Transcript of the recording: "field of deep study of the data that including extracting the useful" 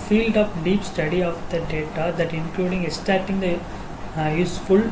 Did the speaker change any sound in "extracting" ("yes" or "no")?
yes